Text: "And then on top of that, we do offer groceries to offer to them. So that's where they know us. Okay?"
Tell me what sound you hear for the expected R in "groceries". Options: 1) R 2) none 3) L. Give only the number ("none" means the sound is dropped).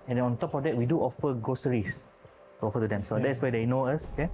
2